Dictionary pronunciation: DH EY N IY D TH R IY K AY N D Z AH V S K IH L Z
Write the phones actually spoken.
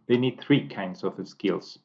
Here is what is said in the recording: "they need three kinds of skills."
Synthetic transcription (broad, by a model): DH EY N IY D TH R IY K AY N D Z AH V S K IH L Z